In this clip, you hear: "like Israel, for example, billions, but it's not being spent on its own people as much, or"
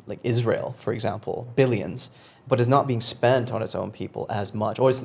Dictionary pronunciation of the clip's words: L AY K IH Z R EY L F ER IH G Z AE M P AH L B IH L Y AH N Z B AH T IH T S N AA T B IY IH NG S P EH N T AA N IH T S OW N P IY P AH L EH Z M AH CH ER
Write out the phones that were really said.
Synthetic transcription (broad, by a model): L AY K IH Z R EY L F ER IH G Z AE M P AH L B IH L Y AH N Z B AH T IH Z N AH T B IY IH NG S P EH N T N IH T S OW N P IY P AH L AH Z M AH CH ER